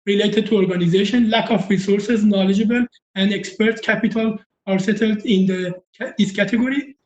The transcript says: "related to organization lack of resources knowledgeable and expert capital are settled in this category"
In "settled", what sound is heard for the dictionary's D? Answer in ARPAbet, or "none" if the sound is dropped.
D